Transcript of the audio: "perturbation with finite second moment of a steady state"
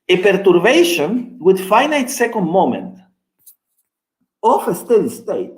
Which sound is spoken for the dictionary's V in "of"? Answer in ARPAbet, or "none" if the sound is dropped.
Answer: F